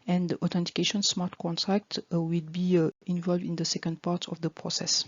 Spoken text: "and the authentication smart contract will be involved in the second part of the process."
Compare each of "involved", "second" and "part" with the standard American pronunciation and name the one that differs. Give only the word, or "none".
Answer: none